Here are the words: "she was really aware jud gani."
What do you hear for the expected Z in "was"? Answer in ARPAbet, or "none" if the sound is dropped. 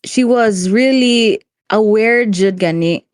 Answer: Z